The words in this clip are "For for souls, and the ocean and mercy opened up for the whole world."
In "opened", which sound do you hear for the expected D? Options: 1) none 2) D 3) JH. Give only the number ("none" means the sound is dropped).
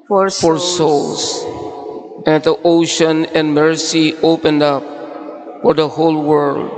2